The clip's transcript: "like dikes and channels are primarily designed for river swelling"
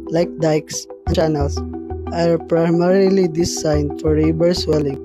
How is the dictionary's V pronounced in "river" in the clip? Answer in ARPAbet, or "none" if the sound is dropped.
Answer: B